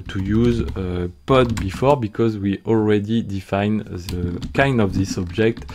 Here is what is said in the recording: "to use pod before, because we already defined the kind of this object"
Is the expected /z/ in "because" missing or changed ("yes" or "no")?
no